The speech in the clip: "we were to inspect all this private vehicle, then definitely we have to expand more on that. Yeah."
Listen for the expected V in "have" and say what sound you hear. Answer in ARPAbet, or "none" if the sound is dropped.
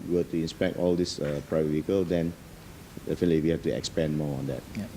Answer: F